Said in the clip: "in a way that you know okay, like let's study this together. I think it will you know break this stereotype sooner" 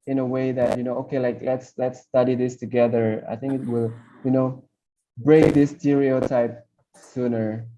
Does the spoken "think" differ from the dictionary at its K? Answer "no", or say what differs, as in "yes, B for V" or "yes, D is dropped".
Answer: no